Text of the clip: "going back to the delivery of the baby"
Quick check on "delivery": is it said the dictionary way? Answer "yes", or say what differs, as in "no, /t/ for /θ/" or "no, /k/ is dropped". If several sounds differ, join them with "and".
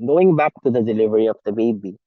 yes